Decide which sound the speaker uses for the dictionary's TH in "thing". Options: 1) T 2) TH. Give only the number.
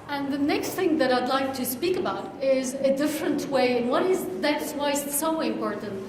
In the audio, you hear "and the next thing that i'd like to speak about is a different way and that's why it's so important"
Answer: 2